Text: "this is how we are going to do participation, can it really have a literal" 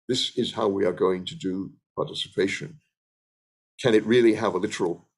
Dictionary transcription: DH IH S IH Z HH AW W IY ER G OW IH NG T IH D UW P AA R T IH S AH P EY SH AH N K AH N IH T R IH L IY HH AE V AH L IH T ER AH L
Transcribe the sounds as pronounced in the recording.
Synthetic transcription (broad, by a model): DH IH S IH Z HH AW W IY ER G OW IH NG T IH D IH P AA R T IH S AH P EY SH AH N K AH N IH T R IH L IY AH V AH L IH T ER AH L